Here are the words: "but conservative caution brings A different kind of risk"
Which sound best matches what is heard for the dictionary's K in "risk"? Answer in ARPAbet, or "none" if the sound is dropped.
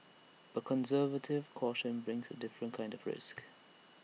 K